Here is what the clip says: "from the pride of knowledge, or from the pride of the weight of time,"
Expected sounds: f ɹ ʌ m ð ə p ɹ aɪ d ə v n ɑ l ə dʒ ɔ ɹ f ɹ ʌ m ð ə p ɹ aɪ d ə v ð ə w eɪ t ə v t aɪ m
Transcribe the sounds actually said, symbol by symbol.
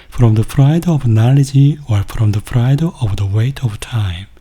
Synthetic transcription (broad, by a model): f ɹ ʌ m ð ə f ɹ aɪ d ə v n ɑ l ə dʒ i w f ɹ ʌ m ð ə f ɹ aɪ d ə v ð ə w eɪ t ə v t aɪ m